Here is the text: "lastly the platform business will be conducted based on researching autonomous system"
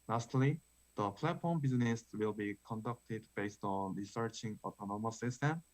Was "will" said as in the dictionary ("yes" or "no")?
yes